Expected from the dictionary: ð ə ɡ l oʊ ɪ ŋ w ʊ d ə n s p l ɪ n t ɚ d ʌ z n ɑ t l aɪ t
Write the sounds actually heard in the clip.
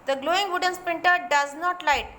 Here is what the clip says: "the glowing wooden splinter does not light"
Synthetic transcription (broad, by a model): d ə ɡ l oʊ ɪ ŋ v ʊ d ə n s p ɪ n t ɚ d ʌ z n ɑ t l aɪ t